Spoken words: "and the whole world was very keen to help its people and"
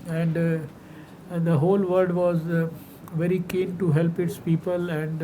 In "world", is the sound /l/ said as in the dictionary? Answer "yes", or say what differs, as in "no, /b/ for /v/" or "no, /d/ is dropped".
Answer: no, /l/ is dropped